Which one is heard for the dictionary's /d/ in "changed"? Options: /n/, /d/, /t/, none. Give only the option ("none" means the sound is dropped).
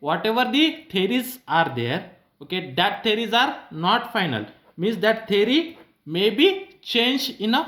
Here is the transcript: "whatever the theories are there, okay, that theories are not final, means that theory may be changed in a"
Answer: none